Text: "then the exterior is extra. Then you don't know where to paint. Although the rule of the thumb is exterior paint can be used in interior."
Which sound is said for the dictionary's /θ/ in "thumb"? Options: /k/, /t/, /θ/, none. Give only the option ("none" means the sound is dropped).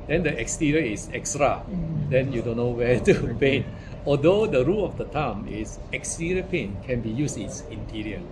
/t/